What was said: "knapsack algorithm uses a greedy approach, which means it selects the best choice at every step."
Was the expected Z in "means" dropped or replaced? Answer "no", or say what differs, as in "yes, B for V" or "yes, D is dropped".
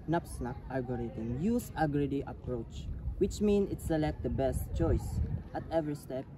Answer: yes, Z is dropped